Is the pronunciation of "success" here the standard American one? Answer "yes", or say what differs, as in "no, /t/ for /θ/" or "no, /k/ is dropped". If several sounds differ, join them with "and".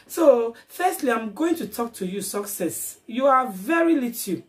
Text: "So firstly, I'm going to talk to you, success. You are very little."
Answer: yes